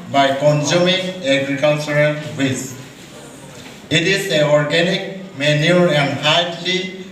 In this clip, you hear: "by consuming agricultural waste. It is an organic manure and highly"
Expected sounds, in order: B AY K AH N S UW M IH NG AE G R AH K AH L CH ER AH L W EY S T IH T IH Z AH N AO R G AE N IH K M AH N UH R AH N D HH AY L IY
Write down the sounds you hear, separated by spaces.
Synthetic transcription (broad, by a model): B AY K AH N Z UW M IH NG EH G R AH K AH L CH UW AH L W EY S IH T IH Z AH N AO R G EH N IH K M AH N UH R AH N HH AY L IY